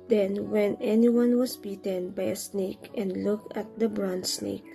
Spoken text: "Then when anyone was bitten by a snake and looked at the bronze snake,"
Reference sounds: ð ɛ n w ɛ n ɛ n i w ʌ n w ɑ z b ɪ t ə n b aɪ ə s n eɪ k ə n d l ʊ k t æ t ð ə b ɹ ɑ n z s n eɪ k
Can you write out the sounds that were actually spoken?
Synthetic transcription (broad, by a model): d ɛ n w ɛ n ɛ n i w ʌ n w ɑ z b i t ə n b aɪ ə s n eɪ k ə n d l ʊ k æ t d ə b ɹ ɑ n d s n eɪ k